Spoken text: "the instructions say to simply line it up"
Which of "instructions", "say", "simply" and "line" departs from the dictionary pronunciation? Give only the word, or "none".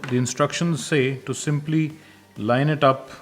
none